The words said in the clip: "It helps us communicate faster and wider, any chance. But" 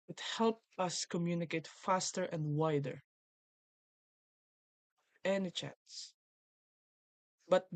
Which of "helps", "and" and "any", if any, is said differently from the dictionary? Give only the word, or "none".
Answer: helps